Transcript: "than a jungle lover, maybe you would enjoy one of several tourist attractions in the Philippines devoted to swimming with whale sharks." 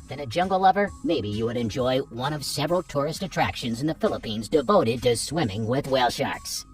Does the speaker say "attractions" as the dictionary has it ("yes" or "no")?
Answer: yes